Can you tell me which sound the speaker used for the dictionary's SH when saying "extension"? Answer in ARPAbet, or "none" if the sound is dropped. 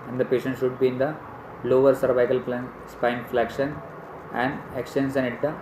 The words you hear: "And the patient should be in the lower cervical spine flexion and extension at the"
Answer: S